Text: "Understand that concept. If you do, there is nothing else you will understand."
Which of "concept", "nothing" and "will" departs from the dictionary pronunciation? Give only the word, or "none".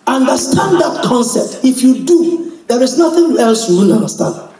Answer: will